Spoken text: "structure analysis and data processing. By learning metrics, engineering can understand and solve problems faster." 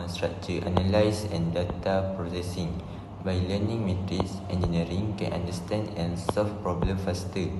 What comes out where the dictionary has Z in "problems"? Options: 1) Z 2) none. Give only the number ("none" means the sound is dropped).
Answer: 2